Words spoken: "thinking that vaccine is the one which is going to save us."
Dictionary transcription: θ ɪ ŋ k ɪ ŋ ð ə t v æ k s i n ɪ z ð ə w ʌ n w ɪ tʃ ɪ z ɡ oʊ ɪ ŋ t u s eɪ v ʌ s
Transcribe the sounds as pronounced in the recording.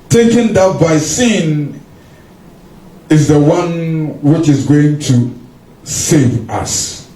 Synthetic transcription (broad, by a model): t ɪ k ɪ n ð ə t b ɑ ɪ s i n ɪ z ð ə w ʌ n w ɪ tʃ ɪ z ɡ oʊ ɪ ŋ t u s eɪ v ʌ s